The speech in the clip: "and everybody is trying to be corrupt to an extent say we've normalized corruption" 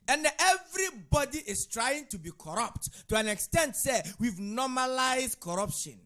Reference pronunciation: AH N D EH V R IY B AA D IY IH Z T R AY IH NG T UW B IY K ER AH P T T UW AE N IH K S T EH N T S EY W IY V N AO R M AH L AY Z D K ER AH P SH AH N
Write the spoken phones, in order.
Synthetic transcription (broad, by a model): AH N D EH V R IY B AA D IY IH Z T R AY IH NG T UW B IY K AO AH P T T UW AE N IH K S T EH N T S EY W IY V N AO M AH L AY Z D K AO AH P SH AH N